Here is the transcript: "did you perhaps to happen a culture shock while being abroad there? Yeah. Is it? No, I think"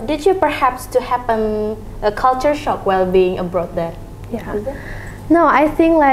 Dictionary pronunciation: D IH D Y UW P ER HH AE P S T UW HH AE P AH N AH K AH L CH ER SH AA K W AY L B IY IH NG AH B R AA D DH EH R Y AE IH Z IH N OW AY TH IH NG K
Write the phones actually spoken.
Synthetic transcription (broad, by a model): D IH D Y UW P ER HH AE P S T UW HH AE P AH N AH K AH L CH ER SH AA K W AY L B IY IH NG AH B R AA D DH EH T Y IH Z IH N OW AY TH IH NG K